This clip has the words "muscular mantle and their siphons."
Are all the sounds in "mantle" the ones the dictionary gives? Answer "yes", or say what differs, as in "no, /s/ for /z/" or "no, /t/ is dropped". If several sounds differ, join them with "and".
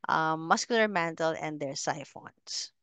yes